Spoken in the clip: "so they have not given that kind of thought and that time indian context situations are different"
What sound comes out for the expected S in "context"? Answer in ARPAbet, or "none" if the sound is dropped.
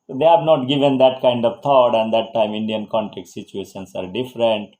none